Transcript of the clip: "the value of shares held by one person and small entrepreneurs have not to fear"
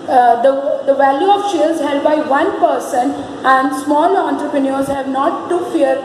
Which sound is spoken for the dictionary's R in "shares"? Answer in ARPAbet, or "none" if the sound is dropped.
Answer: L